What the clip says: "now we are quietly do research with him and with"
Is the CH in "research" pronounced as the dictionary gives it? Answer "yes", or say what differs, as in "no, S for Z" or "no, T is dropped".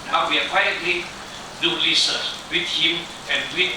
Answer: no, S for CH